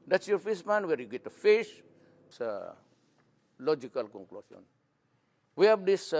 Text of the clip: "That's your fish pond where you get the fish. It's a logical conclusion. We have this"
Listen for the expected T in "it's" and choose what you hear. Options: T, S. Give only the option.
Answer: S